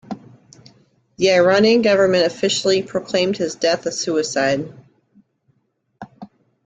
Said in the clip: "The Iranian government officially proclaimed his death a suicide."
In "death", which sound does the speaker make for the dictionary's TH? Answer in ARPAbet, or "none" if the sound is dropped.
TH